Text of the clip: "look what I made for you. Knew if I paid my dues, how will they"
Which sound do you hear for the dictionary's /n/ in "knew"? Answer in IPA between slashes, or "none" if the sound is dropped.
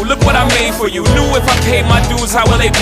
/l/